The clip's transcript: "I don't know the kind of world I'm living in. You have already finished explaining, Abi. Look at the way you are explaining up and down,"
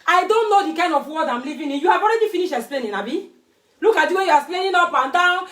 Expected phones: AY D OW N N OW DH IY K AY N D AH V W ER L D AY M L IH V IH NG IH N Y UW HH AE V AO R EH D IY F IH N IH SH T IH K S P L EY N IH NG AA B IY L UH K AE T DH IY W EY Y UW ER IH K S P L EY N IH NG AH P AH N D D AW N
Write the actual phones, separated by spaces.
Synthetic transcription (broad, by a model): AY D OW N N OW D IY K AY N D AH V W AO D AY M L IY V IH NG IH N Y UW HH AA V AO R EH D IY F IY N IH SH IH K S P L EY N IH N AA B IY L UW K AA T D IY W EY Y UW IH S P L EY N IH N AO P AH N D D AW N